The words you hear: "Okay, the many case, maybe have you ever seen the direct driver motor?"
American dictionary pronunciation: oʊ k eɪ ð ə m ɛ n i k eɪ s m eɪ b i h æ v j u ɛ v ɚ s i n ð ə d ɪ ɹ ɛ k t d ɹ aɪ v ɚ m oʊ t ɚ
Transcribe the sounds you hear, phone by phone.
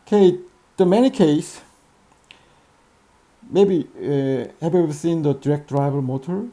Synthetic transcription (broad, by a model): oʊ k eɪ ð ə m ɛ n i k eɪ s m eɪ b i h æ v j u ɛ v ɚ s i n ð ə d ɪ ɹ ɛ k t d ɹ aɪ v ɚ m oʊ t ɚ